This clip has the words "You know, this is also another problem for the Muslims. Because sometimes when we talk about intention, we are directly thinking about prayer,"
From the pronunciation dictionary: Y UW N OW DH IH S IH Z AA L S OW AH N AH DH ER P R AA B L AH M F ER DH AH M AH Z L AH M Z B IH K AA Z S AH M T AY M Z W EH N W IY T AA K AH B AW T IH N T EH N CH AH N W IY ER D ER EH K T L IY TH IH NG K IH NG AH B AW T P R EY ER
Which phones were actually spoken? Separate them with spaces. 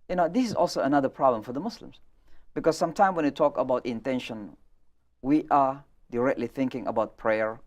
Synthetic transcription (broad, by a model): Y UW N OW DH IH S IH Z AA L S OW AH N AH DH ER P R AA B L AH M F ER DH AH M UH S L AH M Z B IH K AA Z S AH M T AY M W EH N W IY T AA K AH B AW T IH N T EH N SH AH N W IY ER D ER EH K T L IY TH IH NG K IH NG AH B AW T P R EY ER